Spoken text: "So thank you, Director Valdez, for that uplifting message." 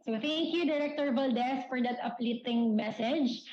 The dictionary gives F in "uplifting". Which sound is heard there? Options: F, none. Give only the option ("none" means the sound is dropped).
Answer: none